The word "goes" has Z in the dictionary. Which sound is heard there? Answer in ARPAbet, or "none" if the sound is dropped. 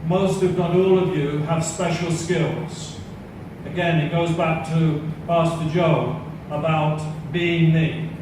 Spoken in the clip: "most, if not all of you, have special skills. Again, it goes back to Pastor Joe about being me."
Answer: Z